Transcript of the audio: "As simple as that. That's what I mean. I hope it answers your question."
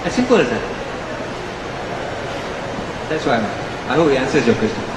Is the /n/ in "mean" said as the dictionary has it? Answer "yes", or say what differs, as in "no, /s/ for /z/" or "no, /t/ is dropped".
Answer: no, /n/ is dropped